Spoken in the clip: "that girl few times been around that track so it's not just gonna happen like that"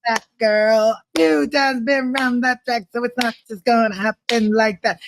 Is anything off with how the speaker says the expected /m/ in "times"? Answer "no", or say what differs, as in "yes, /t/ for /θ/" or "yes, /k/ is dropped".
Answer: yes, /m/ is dropped